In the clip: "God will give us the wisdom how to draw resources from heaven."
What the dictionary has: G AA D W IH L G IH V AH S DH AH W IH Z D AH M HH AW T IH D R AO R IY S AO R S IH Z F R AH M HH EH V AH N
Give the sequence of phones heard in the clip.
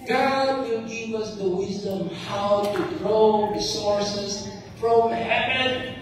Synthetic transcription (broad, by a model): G AA D W IH L G IH V AH S DH AH W IH Z D AH M HH AW T IH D R AO R IY S AO R S IH Z F R AH M HH EH V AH N